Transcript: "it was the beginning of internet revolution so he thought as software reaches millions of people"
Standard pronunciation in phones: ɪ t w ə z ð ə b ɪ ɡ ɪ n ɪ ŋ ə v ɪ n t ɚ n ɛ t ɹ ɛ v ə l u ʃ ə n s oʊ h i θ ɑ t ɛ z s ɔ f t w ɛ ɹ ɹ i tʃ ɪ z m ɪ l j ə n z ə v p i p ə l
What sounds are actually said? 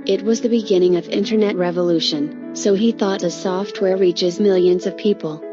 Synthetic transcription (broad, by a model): ɪ t w ə z ð ə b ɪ ɡ ɪ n ɪ ŋ ə v ɪ n t ɚ n ɛ t ɹ ɛ v ə l u ʃ ə n s oʊ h i θ ɑ t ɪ s ɔ f t w ɛ ɹ ɹ i tʃ ɪ z m ɪ l j ə n z ə v p i p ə l